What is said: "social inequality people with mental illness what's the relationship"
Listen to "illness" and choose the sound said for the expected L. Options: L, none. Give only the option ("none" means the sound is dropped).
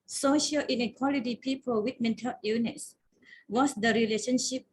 none